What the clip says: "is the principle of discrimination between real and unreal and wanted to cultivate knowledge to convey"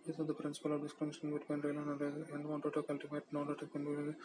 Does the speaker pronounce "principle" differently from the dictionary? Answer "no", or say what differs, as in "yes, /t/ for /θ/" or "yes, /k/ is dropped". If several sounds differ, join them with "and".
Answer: no